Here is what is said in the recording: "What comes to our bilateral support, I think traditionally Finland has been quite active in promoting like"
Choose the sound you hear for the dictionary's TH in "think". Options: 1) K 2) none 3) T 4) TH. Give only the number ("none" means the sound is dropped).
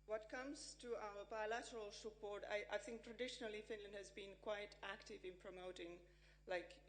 4